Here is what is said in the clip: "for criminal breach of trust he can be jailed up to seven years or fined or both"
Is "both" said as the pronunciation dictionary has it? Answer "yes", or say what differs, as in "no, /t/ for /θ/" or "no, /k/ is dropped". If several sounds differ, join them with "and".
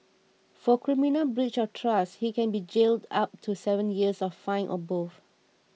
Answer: no, /f/ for /θ/